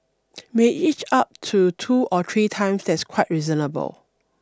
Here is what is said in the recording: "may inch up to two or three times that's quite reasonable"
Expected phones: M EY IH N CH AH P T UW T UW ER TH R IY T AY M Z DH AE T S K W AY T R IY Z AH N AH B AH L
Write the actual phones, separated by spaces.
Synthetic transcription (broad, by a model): M EY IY CH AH P T UW T UW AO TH R IY T AY M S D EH T S K W AY T R IY Z AH N AH B AH L